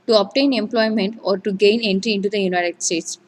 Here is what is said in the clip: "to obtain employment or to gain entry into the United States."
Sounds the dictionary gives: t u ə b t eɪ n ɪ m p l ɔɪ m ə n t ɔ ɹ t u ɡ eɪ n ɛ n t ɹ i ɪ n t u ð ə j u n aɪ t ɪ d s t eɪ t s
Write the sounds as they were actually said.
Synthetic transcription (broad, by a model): t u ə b t eɪ n ɪ m p l ɔɪ m ə n t ɔ ɹ t u ɡ eɪ n ɛ n t ɹ i ɪ n t u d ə j u n aɪ t ɪ d s t eɪ t s